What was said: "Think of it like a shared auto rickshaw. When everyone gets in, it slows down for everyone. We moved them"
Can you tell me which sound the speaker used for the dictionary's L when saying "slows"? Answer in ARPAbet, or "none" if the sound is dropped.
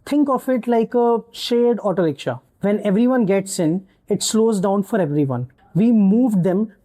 L